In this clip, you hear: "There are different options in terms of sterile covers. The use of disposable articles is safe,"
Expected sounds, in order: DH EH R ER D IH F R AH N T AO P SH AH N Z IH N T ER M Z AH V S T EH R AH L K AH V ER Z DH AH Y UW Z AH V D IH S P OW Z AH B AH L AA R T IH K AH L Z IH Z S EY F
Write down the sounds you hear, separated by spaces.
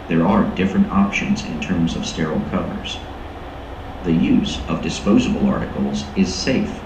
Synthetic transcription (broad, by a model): DH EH R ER D IH F R AH N T AO P SH AH N Z IH N T ER M Z AH V S T EH R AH L K AH V ER Z DH AH Y UW Z AH V D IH S P OW Z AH B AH L AA R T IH K L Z IH Z S EY F